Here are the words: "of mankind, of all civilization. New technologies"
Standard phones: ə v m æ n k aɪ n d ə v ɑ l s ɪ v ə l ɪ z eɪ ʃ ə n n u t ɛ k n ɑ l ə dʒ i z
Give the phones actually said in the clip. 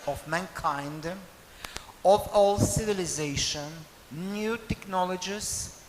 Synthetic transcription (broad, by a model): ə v m æ n k aɪ n d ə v ɑ l s ɪ v ə l ɪ z eɪ ʃ ə n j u t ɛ k n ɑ l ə dʒ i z